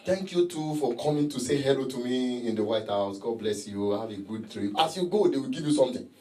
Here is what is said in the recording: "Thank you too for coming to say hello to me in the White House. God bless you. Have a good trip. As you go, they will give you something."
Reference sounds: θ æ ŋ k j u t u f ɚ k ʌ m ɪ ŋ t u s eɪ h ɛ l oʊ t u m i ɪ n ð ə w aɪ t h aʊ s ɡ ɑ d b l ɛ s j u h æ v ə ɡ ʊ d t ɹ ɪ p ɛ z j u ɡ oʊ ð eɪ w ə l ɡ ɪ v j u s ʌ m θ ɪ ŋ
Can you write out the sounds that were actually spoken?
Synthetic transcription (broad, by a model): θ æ ŋ k j u t u f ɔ k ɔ m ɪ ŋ t u s eɪ h ɛ l oʊ t u m i ɪ n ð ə w aɪ t h aʊ s ɡ ɑ d b l ɛ s j u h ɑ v ə ɡ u d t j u ɑ s j u ɡ oʊ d eɪ w ə l ɡ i v j u s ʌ m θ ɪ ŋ